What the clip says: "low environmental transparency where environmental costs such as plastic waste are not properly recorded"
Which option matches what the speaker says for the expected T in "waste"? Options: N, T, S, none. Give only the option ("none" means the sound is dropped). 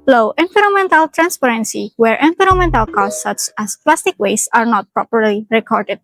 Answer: none